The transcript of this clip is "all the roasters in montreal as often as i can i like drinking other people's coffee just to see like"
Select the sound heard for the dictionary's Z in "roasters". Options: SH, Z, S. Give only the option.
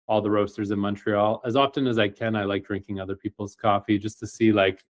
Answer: Z